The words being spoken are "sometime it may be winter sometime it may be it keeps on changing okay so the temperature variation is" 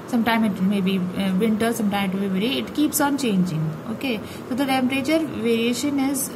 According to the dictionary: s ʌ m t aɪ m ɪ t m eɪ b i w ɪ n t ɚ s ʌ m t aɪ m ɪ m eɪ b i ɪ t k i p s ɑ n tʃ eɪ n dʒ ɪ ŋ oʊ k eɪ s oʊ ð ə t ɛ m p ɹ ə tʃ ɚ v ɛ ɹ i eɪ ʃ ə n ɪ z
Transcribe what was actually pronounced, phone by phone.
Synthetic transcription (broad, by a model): s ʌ m t aɪ m ɪ t m eɪ b i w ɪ n t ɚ s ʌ m t aɪ m ɪ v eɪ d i ɪ t k i p s ɑ n tʃ eɪ n dʒ ɪ ŋ oʊ k eɪ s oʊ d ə t ɛ m p ɹ ə tʃ ɚ v ɛ ɹ i eɪ ʃ ə n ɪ z